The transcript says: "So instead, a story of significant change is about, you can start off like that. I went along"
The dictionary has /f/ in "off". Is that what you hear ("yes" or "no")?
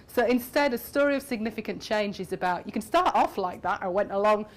yes